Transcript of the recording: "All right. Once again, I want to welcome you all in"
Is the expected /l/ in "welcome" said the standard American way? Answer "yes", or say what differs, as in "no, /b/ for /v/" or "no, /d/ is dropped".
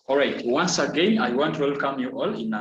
yes